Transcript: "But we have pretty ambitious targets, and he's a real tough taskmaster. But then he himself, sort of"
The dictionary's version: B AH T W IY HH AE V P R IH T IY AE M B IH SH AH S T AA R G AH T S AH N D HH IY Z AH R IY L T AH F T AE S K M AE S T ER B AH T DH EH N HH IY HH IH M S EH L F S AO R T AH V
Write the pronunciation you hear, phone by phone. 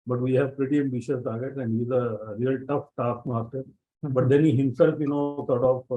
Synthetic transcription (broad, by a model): B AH T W IY HH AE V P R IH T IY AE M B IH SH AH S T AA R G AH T AH N D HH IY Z AH R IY L T AH F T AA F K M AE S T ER B AH T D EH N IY HH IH M S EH L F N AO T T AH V